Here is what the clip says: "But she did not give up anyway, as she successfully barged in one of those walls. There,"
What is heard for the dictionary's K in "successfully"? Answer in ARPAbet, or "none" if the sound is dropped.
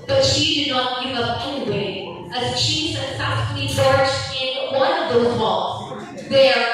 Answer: none